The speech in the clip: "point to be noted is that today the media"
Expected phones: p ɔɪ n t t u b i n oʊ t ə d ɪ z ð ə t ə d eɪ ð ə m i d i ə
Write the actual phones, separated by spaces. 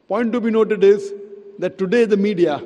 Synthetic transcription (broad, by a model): p ɔɪ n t t u b i n oʊ t ə d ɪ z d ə t ə d eɪ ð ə m i d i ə